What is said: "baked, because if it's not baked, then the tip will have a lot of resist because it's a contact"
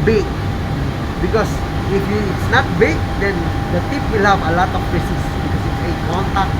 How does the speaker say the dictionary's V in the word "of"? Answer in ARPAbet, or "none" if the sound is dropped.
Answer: P